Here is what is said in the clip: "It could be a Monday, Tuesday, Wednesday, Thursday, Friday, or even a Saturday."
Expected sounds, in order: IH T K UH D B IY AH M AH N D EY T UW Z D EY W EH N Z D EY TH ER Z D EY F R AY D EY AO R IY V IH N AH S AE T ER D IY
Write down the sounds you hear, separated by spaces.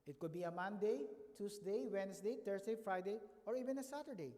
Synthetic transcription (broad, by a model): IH T K UH D B IY AH M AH N D EY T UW S D EY W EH N S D EY T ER S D EY F R AY D EY AO R IY V IH N AH S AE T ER D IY